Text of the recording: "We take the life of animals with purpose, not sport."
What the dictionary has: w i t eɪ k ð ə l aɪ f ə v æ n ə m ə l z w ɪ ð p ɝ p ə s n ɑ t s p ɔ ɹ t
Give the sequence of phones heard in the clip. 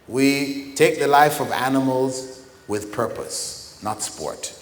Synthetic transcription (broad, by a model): w i t eɪ k ð ə l aɪ f ə v æ n ə m ə l z w ɪ ð p ɝ p ə s n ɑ t s p ɔ ɹ t